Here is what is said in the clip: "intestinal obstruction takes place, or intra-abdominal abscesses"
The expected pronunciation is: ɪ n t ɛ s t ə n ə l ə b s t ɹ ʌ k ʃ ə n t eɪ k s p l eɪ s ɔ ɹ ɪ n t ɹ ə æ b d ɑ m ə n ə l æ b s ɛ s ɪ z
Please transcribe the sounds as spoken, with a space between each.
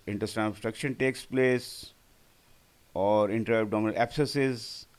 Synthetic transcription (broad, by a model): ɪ n t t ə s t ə s t ɹ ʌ k ʃ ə n t eɪ k s p l eɪ s ɔ ɹ ɪ n t ɹ ə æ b d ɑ m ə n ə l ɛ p s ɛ s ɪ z